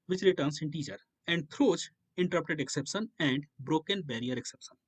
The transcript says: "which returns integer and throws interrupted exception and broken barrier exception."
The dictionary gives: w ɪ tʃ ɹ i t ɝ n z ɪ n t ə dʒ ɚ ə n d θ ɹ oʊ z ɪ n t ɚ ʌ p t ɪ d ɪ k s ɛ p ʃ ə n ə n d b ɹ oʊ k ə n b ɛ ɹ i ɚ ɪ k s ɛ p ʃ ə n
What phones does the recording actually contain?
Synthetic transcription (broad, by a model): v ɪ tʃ ɹ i t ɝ n s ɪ n t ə tʃ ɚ ə n d t ɹ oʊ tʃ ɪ n t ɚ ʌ p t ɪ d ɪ k s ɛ p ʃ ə n ə n d b ɹ oʊ k ə n b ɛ ɹ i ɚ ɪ k s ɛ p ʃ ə n